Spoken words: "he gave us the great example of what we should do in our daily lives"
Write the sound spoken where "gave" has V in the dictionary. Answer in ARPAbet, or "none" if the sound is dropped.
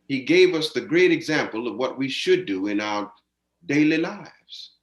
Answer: V